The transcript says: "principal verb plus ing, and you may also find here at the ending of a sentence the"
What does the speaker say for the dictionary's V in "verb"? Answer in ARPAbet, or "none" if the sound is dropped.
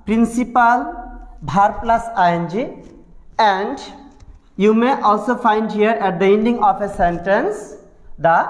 B